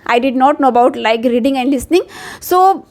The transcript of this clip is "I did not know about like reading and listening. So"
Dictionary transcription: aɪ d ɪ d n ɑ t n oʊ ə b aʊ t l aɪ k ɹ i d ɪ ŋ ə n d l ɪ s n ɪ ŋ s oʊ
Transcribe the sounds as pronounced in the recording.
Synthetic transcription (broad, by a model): aɪ d ɪ d n ɑ t n oʊ ə b aʊ t l aɪ k ɹ i d ɪ ŋ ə n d l ɪ s n ɪ ŋ s oʊ